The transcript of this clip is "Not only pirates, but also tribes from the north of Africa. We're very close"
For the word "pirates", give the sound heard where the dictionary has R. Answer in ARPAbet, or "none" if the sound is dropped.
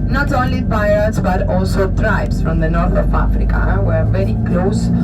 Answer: none